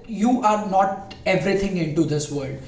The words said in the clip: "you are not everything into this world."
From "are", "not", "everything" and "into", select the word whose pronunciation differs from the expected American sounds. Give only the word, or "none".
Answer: everything